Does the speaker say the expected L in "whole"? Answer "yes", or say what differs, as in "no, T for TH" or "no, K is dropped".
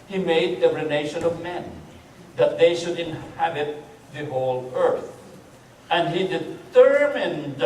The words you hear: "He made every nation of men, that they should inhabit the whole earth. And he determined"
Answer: yes